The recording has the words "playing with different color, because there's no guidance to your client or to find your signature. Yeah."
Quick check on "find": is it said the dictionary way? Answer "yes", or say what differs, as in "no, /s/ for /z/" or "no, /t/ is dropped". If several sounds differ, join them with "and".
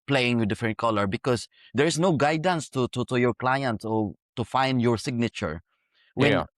yes